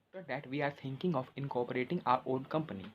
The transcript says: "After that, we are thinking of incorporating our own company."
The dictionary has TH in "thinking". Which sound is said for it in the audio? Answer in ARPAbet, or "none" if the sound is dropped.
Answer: T